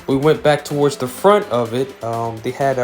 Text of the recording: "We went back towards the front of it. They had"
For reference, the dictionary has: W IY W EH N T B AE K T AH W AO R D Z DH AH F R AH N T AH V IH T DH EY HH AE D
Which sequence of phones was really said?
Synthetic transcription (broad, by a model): W IY W EH N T B AE K T AH W AO R D Z DH AH F R AH N T AH V IH T DH EY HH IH D